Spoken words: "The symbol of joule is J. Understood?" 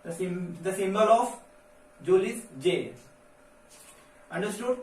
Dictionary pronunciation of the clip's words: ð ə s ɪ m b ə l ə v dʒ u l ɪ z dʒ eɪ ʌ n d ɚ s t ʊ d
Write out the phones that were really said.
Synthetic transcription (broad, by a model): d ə s ɪ m b ə l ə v dʒ u l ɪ s dʒ eɪ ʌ n d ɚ s t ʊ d